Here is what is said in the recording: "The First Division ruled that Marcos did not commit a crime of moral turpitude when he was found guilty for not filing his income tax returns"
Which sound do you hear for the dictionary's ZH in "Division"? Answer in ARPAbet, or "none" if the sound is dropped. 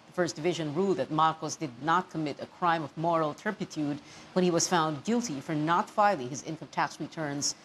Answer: ZH